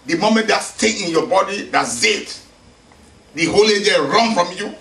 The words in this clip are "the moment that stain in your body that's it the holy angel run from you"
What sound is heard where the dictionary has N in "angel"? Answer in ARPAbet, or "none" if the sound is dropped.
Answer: none